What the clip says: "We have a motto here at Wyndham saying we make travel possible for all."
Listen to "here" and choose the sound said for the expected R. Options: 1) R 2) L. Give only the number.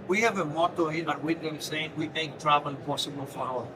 2